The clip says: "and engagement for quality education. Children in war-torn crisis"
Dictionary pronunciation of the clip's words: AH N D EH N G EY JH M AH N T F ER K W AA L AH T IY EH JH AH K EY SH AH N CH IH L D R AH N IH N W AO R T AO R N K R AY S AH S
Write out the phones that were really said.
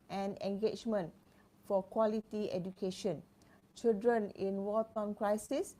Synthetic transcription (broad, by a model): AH N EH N G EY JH M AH N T F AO K W AA L AH T IY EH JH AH K EY SH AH N CH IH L D R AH N IH N W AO L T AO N K R AY S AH S